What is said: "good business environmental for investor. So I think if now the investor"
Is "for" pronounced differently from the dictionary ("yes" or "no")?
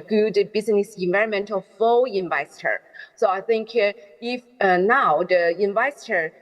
yes